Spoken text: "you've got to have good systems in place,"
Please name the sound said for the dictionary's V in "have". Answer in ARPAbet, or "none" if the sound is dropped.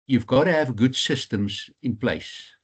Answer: V